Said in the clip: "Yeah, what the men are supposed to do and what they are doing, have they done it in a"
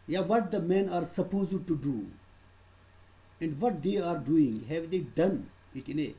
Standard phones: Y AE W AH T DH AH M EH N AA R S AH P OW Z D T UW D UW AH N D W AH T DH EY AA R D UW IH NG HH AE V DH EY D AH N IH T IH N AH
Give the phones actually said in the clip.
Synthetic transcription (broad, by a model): Y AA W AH T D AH M EH N AA R S AH P OW Z D T UW D UW AH N D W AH T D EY AA R D UW IH NG HH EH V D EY D AH N IH T IH N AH